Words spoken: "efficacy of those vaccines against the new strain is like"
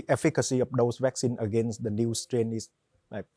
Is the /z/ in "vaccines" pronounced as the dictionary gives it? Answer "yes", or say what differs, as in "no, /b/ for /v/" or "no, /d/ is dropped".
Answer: no, /z/ is dropped